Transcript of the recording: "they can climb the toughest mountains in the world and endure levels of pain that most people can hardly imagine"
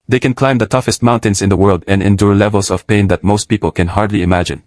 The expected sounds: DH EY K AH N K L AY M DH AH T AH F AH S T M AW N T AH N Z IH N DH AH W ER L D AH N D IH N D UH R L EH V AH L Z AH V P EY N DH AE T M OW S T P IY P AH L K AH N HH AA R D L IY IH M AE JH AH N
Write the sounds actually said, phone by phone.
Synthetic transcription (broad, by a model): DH EY K AH N K L AY M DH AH T AH F AH S T M AW N T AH N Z IH N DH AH W ER L D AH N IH N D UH R L EH V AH L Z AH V P EY N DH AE T M OW S T P IY P AH L K AH N HH AA R D L IY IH M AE JH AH N